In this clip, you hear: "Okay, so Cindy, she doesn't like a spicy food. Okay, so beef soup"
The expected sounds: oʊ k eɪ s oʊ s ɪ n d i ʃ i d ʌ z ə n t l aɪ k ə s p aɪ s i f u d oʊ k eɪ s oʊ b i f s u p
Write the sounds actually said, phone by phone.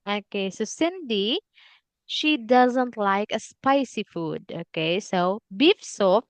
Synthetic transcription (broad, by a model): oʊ k eɪ s oʊ s ɪ n d i ʃ i d ʌ z ə n t l aɪ k ə s p aɪ s i f u d oʊ k eɪ s oʊ b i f s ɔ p